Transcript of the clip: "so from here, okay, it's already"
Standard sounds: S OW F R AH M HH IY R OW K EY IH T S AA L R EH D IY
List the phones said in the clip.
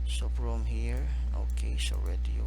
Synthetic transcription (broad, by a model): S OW P R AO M HH IY R OW K EY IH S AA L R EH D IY